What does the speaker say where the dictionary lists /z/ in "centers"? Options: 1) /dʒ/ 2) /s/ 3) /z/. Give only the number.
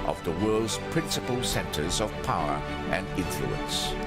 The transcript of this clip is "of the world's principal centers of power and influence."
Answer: 3